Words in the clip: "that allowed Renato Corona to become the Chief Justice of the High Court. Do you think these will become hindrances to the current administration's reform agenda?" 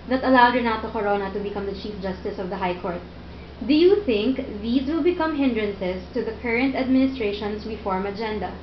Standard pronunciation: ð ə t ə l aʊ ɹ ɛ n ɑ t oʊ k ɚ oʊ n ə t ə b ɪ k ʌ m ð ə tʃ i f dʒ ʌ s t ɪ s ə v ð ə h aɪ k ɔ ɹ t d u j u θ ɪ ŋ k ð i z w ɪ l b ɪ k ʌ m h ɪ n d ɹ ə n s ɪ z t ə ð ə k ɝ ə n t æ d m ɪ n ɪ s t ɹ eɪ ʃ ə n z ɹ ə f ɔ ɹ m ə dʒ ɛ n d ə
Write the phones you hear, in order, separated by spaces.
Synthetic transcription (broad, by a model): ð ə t ə l aʊ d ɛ n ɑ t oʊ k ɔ oʊ n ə t ə b ɪ k ʌ m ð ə tʃ i f dʒ ʌ s t ɪ s ə v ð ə h aɪ k ɔ ɹ t d u j u θ ɪ ŋ k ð i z w ɪ l b ɪ k ʌ m h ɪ n d ɹ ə n s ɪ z t ə ð ə k ɝ ə n t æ d m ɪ n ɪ s t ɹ eɪ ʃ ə n s ɹ ə f ɔ ɹ m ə dʒ ɛ n d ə